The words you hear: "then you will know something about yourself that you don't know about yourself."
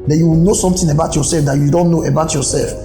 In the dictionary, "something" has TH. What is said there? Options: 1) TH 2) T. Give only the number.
2